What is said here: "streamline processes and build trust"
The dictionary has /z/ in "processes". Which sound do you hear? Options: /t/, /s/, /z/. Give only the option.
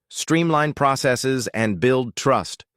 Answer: /z/